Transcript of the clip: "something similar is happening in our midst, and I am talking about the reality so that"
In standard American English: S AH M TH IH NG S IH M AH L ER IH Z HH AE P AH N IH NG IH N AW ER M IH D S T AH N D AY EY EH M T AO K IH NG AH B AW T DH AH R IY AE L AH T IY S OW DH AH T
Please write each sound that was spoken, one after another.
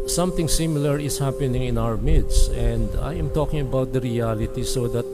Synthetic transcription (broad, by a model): S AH M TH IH NG S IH M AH L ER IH S HH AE P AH N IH NG IH N AW ER M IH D S AH N D AY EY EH M T AO K IH NG AH B AW T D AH R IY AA L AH T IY S OW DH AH T